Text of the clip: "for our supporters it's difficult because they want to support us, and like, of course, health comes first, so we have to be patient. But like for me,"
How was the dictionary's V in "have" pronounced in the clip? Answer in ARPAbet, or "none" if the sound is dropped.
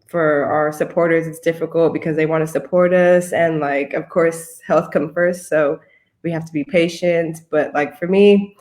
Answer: F